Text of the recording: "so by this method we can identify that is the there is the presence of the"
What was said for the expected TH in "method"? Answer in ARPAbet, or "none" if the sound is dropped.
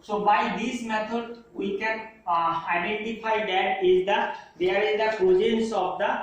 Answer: T